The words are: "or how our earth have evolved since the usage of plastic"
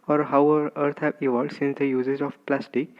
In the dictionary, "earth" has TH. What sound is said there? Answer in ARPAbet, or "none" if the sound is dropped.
T